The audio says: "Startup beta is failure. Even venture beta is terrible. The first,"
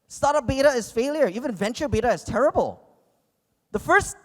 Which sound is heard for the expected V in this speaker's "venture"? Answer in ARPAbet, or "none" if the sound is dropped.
V